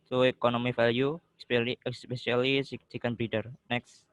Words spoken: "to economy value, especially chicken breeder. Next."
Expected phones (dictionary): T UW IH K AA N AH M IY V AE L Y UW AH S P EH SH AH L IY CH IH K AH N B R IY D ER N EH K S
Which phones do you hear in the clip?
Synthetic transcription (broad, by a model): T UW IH K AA N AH M IY F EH L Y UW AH S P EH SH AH L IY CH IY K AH N B R IY D ER N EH K S